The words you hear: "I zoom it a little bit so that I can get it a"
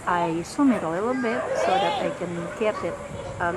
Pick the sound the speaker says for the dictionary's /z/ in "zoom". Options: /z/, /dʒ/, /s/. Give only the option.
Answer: /s/